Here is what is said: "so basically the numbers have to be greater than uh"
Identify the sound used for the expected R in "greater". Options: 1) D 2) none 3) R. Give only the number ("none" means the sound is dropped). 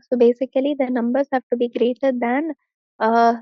3